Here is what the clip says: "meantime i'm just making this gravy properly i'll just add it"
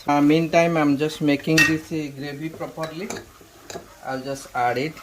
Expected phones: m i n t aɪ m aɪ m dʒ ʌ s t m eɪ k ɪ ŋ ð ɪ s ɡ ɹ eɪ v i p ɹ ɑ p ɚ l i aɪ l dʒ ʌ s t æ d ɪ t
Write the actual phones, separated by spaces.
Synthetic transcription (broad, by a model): m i n t aɪ m aɪ m dʒ ʌ s t m eɪ k ɪ ŋ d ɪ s ɡ ɹ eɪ b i p ɹ ɑ p ɚ l i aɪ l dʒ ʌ s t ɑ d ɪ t